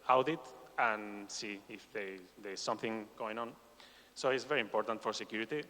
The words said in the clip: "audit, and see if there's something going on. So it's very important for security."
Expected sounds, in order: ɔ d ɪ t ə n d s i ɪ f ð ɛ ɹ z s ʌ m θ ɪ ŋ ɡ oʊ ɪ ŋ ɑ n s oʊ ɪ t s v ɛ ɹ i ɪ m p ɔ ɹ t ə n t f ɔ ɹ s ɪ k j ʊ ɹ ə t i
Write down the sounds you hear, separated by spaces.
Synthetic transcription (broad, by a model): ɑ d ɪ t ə n s i ɪ f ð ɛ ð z s ʌ m θ ɪ ŋ ɡ oʊ ɪ ŋ ɑ n s oʊ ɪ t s v ɛ ɹ i ɪ m p ɔ ɹ t ə n t f ɔ ɹ s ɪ k j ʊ ɹ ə t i